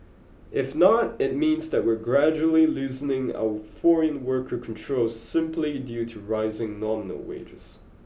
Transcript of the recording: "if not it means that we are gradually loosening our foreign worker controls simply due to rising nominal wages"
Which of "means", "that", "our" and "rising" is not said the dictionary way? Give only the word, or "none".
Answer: none